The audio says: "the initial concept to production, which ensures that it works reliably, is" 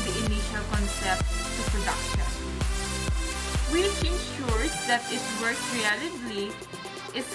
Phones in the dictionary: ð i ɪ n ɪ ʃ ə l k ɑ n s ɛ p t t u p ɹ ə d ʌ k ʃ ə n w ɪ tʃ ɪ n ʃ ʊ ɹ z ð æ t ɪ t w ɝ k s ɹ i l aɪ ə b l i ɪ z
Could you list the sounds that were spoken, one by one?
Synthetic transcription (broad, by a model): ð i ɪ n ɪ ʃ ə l k ɑ n s ɛ p t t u p ɹ ə d ʌ k ʃ ə n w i s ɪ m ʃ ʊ ɹ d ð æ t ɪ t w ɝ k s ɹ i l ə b l i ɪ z